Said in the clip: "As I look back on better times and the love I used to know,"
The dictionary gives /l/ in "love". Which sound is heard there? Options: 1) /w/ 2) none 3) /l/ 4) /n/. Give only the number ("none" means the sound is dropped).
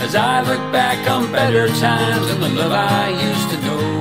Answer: 1